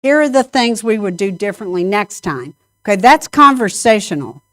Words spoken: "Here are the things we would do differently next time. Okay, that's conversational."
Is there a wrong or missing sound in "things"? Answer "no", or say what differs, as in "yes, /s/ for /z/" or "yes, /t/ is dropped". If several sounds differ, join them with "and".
no